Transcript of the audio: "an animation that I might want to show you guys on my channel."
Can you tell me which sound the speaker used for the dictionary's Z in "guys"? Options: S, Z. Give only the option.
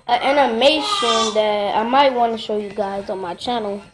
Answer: Z